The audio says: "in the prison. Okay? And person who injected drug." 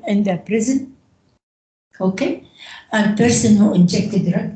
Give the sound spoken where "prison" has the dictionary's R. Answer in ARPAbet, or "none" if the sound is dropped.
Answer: R